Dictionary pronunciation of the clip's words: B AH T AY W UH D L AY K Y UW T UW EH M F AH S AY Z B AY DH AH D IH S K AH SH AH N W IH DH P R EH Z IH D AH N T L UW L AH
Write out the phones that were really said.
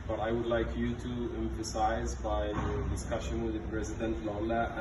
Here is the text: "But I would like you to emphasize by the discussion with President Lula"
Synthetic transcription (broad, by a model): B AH T AY W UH D L AY K Y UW T UW EH M F AH S AY Z B AY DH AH D IH S K AH SH AH N W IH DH P R EH Z IH D AH N T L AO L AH